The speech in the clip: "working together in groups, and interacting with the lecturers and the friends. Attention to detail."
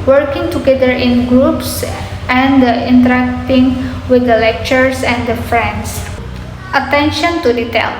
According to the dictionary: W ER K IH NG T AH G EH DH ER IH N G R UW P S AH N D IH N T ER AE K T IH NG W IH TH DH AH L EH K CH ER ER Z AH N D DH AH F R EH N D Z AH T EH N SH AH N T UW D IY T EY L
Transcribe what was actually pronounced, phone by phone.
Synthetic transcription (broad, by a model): W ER K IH NG T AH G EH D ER IH N G R UW P S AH N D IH N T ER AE K T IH NG W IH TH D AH L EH K CH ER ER S AH N D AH F R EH N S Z AH T EH N SH AH N T UW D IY T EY L